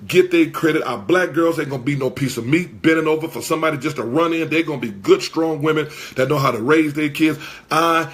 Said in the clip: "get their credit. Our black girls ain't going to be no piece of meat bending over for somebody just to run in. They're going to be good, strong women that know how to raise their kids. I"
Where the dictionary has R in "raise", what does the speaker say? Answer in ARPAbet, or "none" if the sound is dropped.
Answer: R